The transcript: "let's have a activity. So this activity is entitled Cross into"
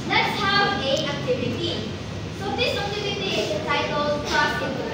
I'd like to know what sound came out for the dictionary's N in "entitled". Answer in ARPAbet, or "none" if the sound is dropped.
none